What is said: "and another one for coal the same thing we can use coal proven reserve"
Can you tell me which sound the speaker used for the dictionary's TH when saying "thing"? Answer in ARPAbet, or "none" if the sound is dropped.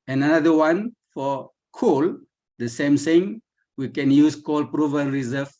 S